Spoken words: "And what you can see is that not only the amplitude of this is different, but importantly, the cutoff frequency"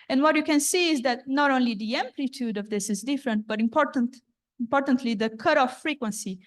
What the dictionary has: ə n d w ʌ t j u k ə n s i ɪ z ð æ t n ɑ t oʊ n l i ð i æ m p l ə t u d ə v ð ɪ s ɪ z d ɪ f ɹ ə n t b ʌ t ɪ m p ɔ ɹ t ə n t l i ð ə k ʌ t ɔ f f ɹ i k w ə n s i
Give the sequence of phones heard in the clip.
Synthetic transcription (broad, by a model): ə n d w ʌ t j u k ə n s i ɪ z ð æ t n ɑ t oʊ n l i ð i æ m p l ə t u d ə v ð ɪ s ɪ z d ɪ f ɹ ə n t b ʌ t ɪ m p ɔ ɹ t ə n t l i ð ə k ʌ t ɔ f f ɹ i k w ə n s i